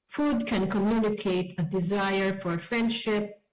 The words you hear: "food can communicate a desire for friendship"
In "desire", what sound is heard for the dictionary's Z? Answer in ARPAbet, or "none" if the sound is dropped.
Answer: Z